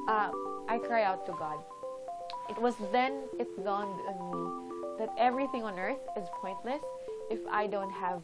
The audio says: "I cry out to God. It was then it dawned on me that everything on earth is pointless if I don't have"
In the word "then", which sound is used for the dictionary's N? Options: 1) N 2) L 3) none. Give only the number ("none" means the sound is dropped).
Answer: 1